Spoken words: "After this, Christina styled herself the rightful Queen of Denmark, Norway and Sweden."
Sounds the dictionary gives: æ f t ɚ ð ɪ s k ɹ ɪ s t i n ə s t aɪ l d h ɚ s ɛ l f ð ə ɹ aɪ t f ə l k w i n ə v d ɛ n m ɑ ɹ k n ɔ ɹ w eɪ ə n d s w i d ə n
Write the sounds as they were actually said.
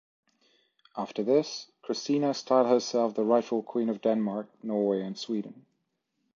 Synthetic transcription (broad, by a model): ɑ f t ɚ ð ɪ s k ɹ ɪ s t i n ə s t aɪ l d h ɚ s ɛ l f ð ə ɹ aɪ t f ə l k w i n ə v d ɛ n m ɑ ɹ k n ɔ ɹ w eɪ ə n s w i d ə n